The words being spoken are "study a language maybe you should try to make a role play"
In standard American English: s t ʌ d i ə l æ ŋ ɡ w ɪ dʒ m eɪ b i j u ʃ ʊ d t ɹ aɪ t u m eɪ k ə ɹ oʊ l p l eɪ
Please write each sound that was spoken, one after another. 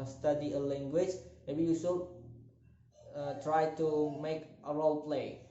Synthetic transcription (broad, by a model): s t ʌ d i ə l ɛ ŋ ɡ w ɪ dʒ m eɪ b i j u s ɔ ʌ t ɹ aɪ t u m eɪ k ə ɹ oʊ l p l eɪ